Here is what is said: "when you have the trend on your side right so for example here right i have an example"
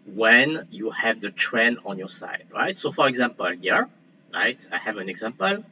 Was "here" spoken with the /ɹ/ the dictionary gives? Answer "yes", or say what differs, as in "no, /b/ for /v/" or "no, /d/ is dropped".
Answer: yes